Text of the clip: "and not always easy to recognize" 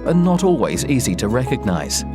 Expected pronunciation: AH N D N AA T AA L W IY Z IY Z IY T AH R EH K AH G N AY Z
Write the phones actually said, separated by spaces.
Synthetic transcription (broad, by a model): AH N N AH T AA L W IY Z IY Z IY T AH R EH K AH G N AY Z